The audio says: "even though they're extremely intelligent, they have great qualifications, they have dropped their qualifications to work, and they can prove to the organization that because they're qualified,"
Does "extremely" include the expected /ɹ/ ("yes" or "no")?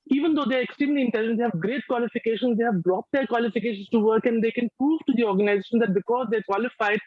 no